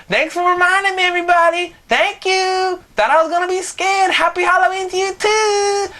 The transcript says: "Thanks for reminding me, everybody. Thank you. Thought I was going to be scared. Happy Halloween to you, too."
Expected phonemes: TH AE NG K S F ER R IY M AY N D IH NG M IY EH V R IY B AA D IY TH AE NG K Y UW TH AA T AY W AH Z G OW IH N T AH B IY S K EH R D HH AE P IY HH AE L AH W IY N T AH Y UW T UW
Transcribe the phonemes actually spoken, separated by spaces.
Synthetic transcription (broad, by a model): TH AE NG K S F ER R IY M AY N D IH NG M IY EH V R IY B AA D IY TH AE NG K Y UW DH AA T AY W AH Z G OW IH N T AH B IY S K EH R D HH AE P IY HH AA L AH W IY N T Y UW T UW